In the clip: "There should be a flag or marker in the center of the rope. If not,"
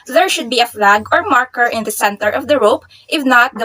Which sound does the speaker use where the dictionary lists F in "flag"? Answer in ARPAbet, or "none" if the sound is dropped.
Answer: F